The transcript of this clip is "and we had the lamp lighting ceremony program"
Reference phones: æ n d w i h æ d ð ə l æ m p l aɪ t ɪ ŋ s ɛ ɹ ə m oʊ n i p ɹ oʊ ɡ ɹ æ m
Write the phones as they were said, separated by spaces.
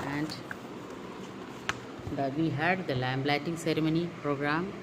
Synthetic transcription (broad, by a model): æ n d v i h æ d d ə l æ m b l aɪ t ɪ ŋ s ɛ ɹ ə m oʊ n i p ɹ oʊ ɡ ɹ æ m